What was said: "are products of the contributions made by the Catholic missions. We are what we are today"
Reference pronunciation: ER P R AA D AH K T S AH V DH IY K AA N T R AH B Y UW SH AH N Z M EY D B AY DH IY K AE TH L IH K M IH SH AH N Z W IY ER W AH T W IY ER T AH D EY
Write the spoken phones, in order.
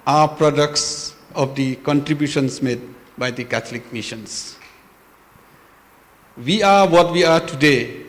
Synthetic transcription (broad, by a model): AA P R AA D AH K T S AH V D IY K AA N T R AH B Y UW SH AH N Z M EY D B AY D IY K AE T L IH K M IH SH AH N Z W IY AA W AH T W IY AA T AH D EY